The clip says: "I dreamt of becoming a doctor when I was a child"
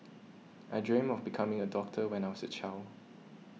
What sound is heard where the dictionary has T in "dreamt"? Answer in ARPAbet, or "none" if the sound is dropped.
none